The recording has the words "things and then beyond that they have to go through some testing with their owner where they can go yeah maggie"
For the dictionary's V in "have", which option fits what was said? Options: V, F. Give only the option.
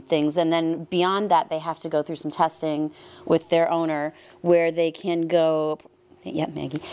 F